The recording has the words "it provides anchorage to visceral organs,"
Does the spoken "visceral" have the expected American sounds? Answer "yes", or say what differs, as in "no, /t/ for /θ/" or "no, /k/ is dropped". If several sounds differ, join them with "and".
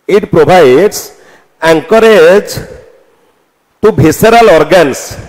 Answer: no, /b/ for /v/